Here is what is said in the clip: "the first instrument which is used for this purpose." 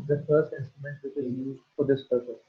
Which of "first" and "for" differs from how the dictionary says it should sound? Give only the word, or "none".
none